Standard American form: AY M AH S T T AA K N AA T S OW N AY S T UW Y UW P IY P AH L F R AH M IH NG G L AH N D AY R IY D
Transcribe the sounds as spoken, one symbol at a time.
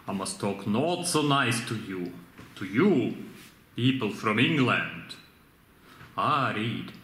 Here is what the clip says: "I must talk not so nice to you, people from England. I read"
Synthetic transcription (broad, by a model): AY M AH S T T AA K N AA T S OW N AY S T UW Y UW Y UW P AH L F R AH M IH NG G L AH N D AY R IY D